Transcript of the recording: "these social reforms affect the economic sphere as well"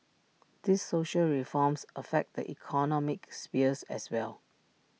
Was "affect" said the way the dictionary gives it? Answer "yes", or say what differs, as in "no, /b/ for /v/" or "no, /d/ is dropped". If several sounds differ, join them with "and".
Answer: yes